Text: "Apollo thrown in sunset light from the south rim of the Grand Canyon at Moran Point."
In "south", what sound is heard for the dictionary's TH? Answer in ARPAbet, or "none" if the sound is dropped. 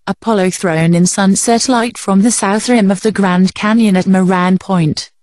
TH